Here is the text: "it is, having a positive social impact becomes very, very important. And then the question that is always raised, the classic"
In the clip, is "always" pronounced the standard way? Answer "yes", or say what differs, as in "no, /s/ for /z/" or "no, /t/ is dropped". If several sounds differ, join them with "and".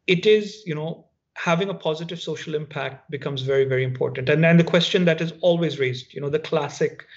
yes